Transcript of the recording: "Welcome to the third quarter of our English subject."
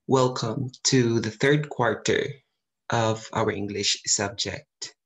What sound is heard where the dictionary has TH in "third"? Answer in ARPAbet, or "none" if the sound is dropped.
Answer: TH